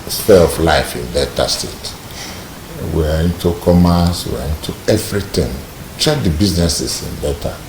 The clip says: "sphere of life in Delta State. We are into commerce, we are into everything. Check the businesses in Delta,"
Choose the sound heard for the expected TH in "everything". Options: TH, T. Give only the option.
T